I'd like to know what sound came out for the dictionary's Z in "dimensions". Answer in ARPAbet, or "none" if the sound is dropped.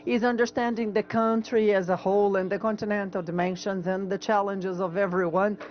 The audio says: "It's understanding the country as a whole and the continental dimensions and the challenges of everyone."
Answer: Z